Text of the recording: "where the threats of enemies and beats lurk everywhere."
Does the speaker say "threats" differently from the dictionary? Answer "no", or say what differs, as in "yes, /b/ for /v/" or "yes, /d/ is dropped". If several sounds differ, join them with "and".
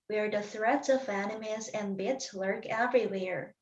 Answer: no